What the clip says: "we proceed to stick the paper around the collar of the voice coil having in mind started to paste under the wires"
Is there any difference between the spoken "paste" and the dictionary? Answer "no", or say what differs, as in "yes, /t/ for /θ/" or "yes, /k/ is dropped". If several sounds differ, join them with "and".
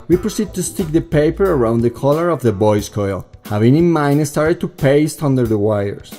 no